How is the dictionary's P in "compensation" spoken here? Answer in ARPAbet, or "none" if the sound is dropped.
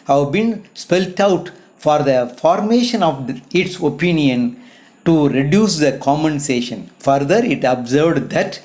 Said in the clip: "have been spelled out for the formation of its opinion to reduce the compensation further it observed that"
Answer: none